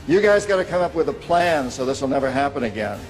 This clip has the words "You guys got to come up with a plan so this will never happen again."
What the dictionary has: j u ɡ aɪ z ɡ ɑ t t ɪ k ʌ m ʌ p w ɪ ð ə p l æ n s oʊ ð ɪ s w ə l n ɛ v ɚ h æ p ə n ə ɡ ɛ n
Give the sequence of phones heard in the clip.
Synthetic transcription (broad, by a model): j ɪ ɡ aɪ z ɡ ɑ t t ɪ k ʌ m ʌ p w ɪ ð ə p l æ n s oʊ ð ɪ s w ə l n ɛ v ɚ h æ p ə n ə ɡ ɛ n